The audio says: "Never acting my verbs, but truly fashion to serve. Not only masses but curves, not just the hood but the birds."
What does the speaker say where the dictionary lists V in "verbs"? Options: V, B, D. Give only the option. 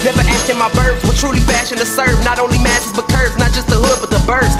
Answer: B